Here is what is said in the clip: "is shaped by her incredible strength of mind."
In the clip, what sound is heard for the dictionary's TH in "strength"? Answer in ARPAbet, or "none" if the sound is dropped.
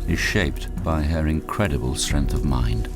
TH